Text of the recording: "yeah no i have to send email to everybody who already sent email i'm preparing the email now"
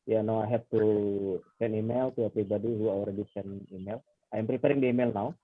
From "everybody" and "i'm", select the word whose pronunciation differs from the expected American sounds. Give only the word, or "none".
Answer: everybody